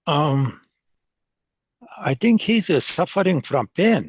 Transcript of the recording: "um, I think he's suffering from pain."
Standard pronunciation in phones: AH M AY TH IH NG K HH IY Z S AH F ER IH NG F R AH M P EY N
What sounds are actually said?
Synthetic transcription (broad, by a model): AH M AY TH IH NG K HH IY Z S AH F ER IH NG F R AH M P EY N